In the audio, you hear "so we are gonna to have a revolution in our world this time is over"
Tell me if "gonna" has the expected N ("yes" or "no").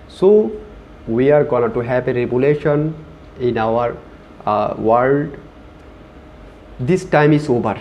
no